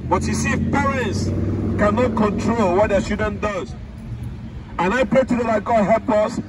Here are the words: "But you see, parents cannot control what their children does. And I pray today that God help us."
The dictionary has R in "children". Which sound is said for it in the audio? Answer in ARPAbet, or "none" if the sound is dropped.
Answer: none